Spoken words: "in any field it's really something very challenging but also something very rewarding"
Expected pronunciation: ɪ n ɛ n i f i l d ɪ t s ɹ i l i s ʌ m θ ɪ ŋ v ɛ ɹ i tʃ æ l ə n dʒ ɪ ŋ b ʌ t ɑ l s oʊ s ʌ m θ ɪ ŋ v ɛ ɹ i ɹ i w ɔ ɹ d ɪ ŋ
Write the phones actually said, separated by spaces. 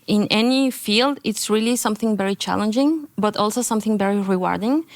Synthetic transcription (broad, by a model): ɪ n ɛ n i f i l d ɪ t s ɹ i l i s ʌ m θ ɪ ŋ v ɛ ɹ i tʃ æ l ə n dʒ ɪ ŋ b ʌ t ɑ l s oʊ s ʌ m θ ɪ ŋ v ɛ ɹ i ɹ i w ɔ ɹ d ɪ ŋ